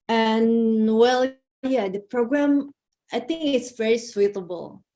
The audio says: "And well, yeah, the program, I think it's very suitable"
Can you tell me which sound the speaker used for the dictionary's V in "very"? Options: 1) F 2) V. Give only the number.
2